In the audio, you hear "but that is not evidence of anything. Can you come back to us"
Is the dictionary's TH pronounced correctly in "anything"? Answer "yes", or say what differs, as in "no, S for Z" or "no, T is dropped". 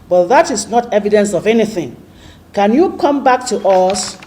yes